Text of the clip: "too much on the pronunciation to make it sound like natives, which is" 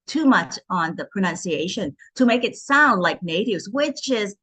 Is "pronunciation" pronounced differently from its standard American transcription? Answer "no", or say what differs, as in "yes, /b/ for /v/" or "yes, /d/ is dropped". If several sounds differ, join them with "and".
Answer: no